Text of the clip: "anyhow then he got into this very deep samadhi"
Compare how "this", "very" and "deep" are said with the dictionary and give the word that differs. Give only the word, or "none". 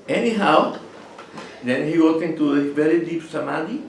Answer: this